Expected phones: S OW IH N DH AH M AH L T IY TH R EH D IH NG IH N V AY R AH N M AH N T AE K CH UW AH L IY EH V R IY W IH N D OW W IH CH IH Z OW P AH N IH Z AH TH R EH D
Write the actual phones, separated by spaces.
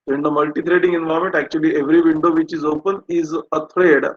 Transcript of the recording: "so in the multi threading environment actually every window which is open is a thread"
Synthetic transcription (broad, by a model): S OW IH N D AH M AH L T IY T R EH D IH NG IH N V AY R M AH N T AE K CH UW AH L IY EH V R IY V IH N D OW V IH CH IH Z OW P AH N IH Z AH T R EH D